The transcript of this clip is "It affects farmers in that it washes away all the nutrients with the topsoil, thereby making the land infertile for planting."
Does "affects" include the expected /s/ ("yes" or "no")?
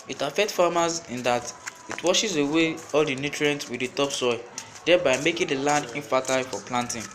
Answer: no